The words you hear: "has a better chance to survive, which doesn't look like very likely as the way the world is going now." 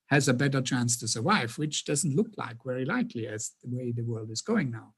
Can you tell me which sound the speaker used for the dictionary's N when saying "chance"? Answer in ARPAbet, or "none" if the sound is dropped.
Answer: N